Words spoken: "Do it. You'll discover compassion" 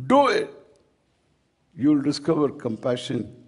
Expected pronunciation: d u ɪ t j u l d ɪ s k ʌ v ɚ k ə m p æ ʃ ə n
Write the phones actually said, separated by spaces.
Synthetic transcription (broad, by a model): d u ɪ t j u l d ɪ s k ʌ v ɚ k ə m p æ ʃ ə n